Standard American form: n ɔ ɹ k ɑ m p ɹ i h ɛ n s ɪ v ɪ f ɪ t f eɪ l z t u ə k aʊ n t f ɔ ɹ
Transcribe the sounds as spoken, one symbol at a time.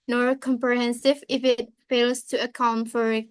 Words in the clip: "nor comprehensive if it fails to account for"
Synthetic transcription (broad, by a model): n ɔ ɹ k ɑ m p ɹ i h ɛ n s ɪ v ɪ f ɪ t f eɪ l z t u ə k aʊ n t f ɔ ɹ